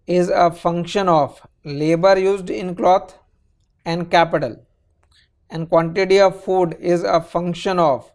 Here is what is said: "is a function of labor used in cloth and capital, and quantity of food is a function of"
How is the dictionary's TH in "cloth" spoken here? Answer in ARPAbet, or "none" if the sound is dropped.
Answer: T